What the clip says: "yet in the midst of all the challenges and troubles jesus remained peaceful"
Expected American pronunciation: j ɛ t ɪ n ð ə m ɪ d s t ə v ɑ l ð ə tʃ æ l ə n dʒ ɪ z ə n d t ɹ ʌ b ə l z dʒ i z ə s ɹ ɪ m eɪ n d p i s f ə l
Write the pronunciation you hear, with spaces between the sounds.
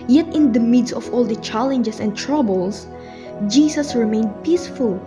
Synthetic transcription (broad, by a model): j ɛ t ɪ n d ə m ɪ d s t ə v ɑ l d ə tʃ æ l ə n dʒ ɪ s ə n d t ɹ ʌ b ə l s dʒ i s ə s ɹ ɪ m eɪ n d p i s f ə l